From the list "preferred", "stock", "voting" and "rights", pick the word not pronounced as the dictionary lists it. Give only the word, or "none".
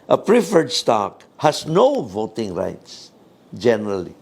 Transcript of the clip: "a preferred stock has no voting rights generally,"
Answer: none